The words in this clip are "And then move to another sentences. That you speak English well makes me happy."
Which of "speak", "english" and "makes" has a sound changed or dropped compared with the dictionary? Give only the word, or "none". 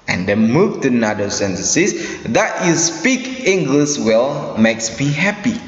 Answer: english